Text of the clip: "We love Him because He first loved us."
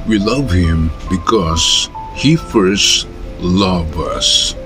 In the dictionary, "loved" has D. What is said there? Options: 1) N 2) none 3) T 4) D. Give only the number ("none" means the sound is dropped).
2